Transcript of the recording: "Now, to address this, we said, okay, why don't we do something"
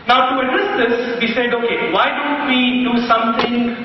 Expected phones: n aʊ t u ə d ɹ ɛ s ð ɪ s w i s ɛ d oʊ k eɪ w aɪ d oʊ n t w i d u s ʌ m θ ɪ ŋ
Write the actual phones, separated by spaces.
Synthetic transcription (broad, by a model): n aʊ t u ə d ɛ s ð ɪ s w i s ɛ d oʊ k eɪ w aɪ d oʊ n t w i d u s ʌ m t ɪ ŋ